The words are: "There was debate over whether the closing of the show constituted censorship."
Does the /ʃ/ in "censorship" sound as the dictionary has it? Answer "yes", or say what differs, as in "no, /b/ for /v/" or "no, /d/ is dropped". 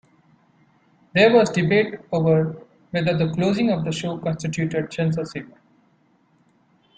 no, /s/ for /ʃ/